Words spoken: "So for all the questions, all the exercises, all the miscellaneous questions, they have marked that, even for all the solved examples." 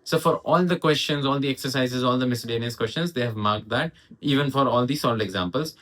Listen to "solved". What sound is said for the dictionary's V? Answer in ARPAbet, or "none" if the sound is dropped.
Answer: none